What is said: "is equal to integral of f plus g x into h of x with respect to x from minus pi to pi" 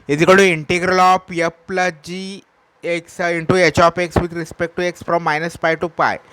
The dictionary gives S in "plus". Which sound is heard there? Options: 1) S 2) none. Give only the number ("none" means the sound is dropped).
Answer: 2